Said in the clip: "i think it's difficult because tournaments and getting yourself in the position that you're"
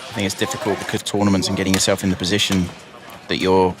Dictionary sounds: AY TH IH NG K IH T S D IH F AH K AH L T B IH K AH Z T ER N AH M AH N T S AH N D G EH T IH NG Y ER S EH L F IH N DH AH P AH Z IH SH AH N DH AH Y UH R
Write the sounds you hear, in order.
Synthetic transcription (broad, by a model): AY TH IH NG K IH T S D IH F AH K AH L T B IH K AH Z T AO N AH M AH N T S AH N G EH T IH NG Y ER S EH L F IH N DH AH P AH Z IH SH AH N DH AH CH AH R